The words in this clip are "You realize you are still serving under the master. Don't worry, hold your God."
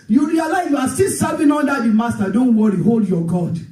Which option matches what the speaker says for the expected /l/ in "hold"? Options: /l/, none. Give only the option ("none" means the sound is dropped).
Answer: /l/